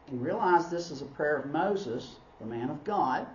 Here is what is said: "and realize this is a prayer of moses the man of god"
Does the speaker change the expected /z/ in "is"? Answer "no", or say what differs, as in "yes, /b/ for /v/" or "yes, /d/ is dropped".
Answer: no